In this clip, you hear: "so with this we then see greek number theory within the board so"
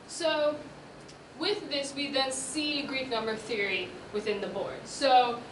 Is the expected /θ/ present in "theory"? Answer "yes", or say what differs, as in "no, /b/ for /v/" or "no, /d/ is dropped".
yes